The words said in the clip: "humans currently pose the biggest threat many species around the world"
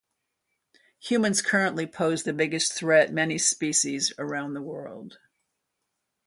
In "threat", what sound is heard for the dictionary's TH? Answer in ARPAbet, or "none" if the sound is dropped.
TH